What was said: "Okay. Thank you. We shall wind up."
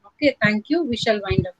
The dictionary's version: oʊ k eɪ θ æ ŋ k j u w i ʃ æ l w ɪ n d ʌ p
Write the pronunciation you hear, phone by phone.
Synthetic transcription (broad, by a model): oʊ k eɪ t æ ŋ k j u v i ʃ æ l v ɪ n d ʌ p